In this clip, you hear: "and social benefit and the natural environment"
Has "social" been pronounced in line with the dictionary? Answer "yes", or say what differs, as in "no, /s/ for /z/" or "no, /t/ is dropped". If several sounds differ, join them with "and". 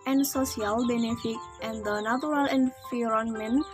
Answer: no, /s/ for /ʃ/